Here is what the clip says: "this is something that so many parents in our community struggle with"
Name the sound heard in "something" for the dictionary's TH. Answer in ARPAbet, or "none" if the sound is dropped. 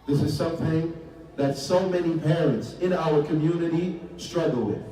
TH